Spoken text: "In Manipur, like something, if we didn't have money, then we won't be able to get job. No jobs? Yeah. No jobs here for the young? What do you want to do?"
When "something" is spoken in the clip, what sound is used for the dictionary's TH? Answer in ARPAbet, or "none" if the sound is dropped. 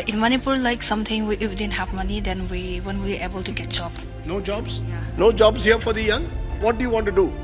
T